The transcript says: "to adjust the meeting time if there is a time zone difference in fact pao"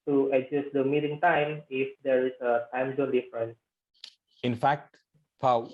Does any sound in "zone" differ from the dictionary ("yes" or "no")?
yes